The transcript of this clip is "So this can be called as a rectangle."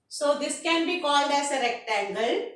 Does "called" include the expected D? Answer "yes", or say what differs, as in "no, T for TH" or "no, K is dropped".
yes